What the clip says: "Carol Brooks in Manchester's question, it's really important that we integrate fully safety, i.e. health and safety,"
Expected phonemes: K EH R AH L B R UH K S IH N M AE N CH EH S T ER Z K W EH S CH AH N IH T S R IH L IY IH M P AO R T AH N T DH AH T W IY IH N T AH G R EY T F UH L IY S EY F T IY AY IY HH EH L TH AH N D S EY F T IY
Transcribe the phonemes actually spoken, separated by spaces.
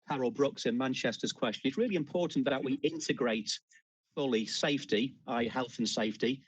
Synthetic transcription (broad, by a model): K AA R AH L B R UH K S IH N M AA N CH EH S T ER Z K W EH S CH AH N IH T S R IH L IY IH M P AO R T N DH AH T W IY IH N T AH G R EY T F UH L IY S EY F T IY AY HH EH L TH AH N S EY F T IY